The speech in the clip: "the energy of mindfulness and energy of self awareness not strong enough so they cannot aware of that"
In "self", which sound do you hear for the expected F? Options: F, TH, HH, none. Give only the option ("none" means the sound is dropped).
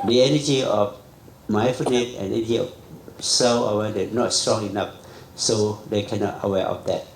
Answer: none